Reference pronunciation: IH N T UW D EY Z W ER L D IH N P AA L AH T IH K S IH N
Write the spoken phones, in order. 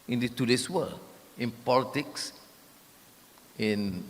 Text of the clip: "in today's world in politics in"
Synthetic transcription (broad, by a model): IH N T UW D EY S W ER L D IH N P AA L AH T IH K S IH N